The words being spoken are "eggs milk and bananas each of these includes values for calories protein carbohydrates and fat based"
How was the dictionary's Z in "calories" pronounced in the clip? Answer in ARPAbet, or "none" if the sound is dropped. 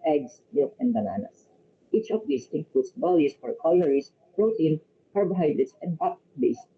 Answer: S